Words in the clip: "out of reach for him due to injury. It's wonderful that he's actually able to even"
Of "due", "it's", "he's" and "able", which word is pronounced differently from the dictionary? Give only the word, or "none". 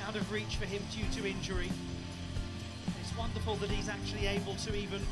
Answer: none